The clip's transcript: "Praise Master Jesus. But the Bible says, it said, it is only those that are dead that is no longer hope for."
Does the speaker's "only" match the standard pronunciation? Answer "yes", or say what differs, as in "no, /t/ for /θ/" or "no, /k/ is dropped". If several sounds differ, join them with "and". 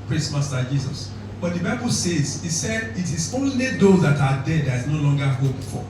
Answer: yes